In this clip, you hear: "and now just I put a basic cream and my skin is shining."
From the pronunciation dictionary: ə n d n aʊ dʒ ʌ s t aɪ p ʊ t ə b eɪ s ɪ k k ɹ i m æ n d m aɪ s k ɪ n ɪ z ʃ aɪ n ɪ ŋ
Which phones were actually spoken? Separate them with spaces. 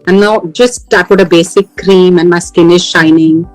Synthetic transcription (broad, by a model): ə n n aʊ dʒ ʌ s t aɪ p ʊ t ə b eɪ s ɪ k k ɹ i m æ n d m aɪ s k ɪ n ɪ z ʃ aɪ n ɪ ŋ